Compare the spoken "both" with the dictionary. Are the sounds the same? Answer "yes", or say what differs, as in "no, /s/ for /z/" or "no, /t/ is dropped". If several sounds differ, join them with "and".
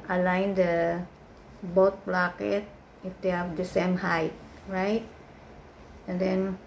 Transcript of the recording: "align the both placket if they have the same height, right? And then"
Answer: no, /t/ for /θ/